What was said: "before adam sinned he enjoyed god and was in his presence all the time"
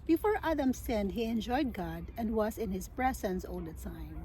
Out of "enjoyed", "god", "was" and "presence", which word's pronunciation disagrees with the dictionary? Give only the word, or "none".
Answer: presence